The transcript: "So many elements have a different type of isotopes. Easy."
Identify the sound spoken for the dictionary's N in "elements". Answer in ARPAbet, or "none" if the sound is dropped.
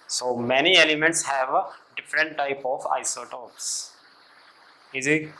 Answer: N